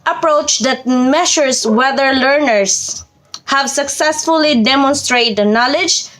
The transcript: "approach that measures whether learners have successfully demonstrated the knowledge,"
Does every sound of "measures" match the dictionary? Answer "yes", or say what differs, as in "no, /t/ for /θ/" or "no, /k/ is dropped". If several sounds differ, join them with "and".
no, /ʃ/ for /ʒ/